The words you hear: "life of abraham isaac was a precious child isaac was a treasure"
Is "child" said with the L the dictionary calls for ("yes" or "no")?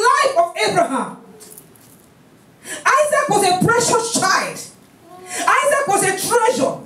yes